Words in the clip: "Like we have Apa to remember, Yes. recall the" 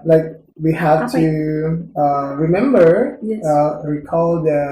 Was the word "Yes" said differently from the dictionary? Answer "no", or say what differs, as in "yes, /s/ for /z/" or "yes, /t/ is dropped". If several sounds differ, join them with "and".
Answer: yes, /s/ is dropped